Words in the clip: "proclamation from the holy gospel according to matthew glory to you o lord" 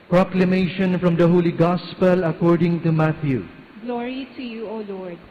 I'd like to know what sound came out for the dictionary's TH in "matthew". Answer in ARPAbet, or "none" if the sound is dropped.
T